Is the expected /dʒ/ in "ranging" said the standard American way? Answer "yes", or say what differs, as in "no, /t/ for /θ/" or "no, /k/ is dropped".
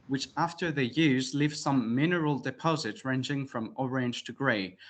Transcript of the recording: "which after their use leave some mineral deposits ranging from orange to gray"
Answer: yes